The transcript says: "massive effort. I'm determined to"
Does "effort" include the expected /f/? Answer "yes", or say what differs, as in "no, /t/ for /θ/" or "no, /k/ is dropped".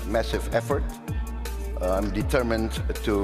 yes